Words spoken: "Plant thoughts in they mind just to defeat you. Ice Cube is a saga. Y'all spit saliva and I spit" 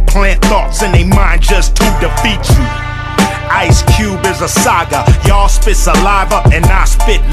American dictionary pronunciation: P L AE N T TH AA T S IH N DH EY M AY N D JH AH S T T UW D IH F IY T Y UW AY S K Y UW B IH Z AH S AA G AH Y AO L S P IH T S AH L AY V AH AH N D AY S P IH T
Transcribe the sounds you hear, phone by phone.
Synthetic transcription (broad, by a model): P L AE N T TH AA T S IH N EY M AY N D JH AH S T T UW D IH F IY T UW AY S K Y UW B IH Z AH S AA G AH Y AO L S P IH T S AH L AY V AH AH N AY S P IH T